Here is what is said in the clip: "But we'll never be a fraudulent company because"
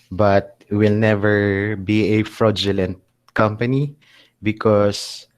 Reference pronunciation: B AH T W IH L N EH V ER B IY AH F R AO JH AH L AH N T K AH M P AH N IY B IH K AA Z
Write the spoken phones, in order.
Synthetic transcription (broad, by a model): B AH T W IH L N EH V ER B IY AH F R AO JH AH L AH N T K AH M P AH N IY B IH K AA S